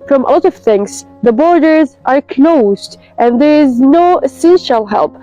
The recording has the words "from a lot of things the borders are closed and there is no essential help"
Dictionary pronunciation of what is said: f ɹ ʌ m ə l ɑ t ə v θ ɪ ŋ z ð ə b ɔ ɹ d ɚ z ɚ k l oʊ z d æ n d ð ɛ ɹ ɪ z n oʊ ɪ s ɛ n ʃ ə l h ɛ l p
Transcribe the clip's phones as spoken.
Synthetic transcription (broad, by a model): f ɹ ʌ m ə l ɑ t ə v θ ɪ ŋ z ð ə b ɔ ɹ d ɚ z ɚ k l oʊ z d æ n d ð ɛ ɹ ɪ z n oʊ s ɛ ʃ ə l h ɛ l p